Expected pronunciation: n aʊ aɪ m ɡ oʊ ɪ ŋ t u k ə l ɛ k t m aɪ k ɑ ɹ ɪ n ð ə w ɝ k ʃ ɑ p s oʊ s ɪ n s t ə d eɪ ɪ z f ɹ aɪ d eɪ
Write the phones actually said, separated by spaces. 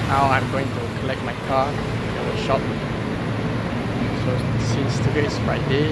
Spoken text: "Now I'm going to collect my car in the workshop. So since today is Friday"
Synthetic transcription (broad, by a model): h aʊ aɪ m ɡ oʊ ɪ ŋ t u k ə l ɛ k t m aɪ k ɑ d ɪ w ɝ ʃ ɑ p s oʊ s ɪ n s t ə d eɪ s f ɹ aɪ d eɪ